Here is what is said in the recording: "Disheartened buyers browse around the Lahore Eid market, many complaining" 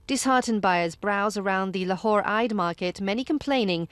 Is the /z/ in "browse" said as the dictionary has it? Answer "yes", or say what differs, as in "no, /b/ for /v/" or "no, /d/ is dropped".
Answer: yes